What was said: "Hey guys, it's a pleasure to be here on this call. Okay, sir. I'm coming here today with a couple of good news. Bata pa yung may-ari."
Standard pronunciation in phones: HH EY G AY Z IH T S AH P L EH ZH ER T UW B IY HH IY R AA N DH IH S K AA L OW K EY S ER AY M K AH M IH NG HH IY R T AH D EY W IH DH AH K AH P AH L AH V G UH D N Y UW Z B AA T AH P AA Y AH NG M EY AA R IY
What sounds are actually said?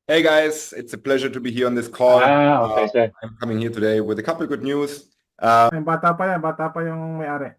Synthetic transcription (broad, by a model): HH EY G AY Z IH T S AH P L EH ZH ER T UW B IY HH IY R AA N DH IH S K AA L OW EY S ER AY M K AH M IH NG HH IY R T AH D EY W IH DH AH K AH P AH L G UH D N Y UW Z B AA T AH P AA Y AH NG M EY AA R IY